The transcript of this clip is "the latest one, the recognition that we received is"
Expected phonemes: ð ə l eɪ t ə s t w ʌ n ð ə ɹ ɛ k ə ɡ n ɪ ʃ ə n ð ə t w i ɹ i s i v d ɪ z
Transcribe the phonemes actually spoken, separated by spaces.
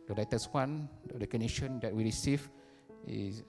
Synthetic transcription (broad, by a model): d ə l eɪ t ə s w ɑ n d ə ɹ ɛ k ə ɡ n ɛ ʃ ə n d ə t w i ɹ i s i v ɪ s